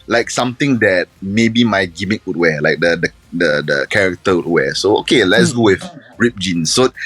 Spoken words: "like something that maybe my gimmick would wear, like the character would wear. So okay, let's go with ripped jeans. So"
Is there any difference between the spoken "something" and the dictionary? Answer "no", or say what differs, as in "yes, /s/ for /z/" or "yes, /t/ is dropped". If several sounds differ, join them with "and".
yes, /t/ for /θ/